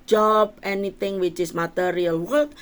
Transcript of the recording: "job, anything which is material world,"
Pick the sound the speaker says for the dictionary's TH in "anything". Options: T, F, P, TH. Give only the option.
T